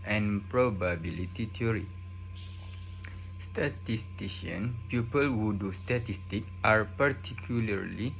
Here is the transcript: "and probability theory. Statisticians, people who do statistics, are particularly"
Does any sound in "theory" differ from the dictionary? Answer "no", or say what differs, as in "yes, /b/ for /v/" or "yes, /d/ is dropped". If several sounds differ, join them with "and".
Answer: yes, /t/ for /θ/